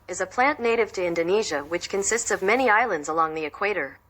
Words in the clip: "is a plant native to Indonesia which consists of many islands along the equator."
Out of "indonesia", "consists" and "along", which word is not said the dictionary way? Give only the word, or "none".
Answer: none